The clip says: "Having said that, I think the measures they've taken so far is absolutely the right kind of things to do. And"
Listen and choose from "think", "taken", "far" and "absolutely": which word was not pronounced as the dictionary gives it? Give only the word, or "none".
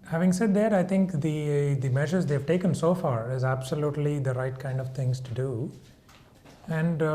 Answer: think